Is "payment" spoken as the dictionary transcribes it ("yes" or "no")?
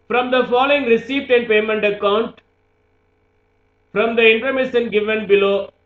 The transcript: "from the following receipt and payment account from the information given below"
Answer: yes